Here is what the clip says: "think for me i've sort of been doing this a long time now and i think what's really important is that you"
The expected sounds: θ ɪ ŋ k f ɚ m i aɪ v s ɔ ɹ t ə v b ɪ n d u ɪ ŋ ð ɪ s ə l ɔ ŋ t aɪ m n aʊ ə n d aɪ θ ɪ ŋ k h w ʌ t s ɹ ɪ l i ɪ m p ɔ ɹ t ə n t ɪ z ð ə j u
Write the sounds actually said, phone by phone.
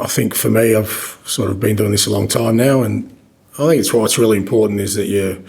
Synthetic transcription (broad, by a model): θ ɪ ŋ k f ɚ m i aɪ v s ɔ ɹ t ə v b ɪ n d u ɪ ŋ ð ɪ s ə l ɔ ŋ t aɪ m n aʊ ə n aɪ θ ɪ ŋ k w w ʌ t s ɹ ɪ l i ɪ m p ɔ ɹ t n t ɪ z ð ə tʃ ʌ